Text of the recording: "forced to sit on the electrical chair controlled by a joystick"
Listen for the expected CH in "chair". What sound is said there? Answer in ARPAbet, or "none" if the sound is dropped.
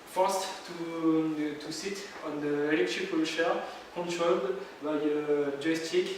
SH